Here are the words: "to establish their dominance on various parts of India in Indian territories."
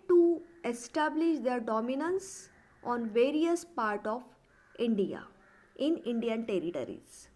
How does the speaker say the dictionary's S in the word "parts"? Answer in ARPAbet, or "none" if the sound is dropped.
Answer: none